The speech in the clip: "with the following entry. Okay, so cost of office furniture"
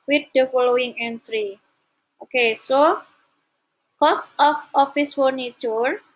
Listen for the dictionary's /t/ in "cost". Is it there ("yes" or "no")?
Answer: yes